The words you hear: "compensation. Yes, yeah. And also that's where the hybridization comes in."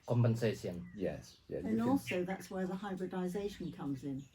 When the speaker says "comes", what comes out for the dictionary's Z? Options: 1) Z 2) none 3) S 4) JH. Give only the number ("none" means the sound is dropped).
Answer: 1